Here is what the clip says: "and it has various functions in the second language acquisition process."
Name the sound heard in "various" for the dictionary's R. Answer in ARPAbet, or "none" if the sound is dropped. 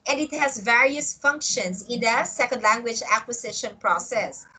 R